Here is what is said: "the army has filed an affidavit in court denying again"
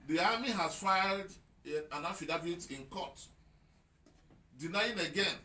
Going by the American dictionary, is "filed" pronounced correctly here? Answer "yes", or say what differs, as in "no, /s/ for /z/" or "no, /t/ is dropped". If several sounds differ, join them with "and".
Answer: yes